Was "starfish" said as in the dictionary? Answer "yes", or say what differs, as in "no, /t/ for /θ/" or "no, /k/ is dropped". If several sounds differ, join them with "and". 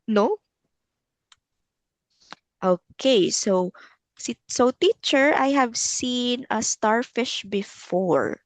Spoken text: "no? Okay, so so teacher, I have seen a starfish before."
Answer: yes